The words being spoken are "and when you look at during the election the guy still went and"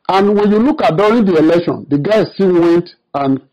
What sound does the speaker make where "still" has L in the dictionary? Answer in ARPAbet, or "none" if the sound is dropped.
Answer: N